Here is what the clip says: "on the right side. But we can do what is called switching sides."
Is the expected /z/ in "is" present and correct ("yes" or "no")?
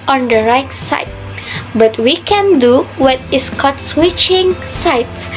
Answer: no